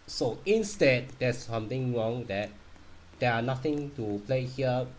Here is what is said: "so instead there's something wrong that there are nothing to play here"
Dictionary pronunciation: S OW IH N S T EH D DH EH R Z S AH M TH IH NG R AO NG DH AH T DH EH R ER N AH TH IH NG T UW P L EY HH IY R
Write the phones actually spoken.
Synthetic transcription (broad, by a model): S OW IH N S T EH D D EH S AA M T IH NG R AO NG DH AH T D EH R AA N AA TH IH NG T UW P L EY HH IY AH